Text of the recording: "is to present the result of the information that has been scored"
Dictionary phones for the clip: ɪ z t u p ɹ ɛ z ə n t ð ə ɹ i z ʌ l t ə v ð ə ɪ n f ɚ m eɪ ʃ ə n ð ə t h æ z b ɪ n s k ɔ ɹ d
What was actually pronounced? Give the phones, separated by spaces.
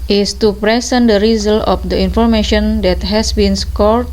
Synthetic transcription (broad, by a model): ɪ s t u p ɹ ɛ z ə n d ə ɹ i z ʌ l ə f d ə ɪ n f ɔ m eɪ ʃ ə n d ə t h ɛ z b ɪ n s k ɔ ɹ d